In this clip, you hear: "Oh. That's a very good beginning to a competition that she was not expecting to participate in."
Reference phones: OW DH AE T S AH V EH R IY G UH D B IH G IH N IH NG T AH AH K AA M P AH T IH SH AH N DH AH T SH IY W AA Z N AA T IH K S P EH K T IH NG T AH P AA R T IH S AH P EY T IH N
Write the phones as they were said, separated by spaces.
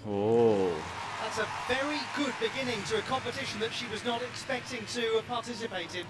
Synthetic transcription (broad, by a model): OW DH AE T S AH V EH R IY G UH D B IH G IH N IH NG T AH AH K AA M P AH T IH SH AH N DH AH T SH IY W AA Z N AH T IH K S P EH K T IH NG T AH P AA R T IH S AH P EY T IH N